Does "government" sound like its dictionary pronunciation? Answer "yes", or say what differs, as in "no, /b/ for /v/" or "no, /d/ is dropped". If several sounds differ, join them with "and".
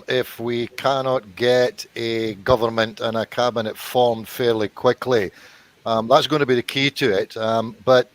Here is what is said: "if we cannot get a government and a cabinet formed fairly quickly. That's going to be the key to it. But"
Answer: yes